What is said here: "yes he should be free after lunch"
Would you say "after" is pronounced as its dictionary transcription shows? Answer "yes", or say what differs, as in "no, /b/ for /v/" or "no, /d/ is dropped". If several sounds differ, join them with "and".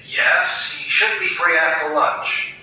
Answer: no, /f/ is dropped